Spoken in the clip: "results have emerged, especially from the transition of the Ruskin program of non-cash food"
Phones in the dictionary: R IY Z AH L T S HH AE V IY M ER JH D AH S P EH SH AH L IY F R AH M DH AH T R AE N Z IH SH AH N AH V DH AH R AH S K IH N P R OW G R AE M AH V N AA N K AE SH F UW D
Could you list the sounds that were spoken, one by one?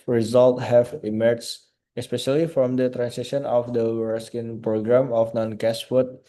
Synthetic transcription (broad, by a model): R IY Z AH L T HH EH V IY M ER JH AH S P EH SH AH L IY F R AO M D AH T R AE N S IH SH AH N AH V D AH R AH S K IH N P R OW G R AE M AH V N AA N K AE S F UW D